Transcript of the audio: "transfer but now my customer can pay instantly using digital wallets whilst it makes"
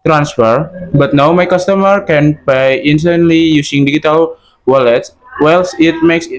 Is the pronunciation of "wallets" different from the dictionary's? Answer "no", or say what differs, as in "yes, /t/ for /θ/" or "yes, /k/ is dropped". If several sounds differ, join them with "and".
no